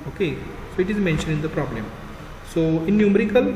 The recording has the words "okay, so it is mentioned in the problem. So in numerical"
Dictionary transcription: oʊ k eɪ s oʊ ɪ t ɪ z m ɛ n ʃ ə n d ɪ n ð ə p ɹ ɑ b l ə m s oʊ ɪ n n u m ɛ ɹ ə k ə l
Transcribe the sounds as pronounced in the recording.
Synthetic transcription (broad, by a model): oʊ k eɪ s oʊ ɪ t ɪ z m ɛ n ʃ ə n ɪ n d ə p ɹ ɑ b l ə m s oʊ ɪ n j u m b ɹ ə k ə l